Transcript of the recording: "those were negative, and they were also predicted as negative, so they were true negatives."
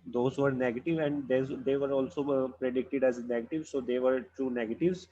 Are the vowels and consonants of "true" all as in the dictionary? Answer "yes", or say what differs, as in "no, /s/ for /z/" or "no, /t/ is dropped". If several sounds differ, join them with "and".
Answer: no, /ɹ/ is dropped